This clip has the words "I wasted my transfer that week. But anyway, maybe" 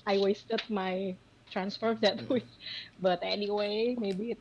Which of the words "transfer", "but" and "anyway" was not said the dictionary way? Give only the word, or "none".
none